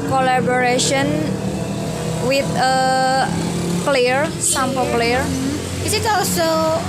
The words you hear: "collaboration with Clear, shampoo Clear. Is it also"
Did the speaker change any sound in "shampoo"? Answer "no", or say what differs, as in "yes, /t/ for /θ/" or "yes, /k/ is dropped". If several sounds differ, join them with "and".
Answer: yes, /s/ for /ʃ/